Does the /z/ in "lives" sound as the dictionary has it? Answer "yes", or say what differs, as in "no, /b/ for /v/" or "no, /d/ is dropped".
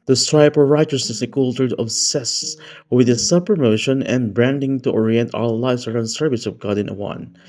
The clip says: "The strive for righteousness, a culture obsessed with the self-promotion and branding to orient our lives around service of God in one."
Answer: no, /s/ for /z/